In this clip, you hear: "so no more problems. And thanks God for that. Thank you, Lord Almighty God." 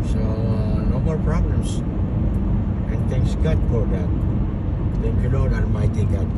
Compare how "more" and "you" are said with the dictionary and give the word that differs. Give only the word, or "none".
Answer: more